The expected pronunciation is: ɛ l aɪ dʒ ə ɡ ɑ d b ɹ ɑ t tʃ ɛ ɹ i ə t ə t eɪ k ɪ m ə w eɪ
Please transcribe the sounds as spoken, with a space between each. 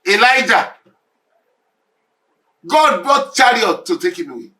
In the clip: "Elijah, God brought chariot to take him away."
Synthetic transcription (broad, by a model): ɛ l aɪ dʒ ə ɡ ɑ d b ɑ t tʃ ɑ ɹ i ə t ə t eɪ k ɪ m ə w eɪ